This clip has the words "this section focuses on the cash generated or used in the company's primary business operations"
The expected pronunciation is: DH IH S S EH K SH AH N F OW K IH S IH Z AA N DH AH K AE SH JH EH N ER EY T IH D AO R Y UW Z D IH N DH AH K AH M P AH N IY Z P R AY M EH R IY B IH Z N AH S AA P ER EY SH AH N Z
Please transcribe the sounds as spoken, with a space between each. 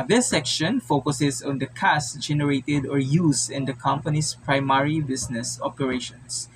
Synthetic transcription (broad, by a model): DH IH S S EH K SH AH N F OW K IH S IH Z AA N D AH K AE S JH EH N ER EY T IH D AO R Y UW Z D IH N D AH K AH M P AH N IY S P R AY M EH R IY B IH S N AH S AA P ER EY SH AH N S